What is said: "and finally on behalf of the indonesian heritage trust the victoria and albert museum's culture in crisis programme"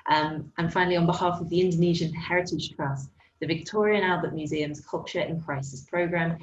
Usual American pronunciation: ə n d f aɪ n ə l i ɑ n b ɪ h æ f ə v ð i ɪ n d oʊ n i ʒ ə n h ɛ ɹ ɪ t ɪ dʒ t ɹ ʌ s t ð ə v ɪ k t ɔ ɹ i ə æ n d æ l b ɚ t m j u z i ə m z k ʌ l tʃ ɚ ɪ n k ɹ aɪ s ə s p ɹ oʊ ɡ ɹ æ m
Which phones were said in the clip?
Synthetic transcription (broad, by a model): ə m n f aɪ n ə l i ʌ n b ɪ h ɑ f ə v ð i ɪ n d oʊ n i ʒ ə n h ɛ ɹ ɪ t ɪ dʒ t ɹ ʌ s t ð ə v ɪ k t ɔ ɹ i ə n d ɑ l b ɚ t m j u z i ə m z k ʌ l tʃ ɚ ɪ n k ɹ aɪ s ə s p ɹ oʊ ɡ ɹ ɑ m